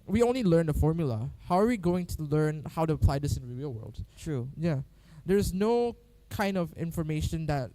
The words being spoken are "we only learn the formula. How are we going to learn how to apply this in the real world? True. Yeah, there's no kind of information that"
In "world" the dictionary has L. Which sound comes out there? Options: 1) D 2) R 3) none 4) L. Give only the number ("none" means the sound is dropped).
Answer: 4